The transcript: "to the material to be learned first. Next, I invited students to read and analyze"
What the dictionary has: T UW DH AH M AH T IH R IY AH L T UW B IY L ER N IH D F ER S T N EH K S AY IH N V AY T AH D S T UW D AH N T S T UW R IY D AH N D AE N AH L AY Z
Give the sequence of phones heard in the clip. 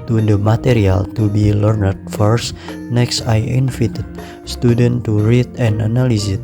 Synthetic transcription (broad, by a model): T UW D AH M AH T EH R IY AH L T UW B IY L ER N IH D F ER S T N EH K S AY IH N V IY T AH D S T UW D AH N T T UW R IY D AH N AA N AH L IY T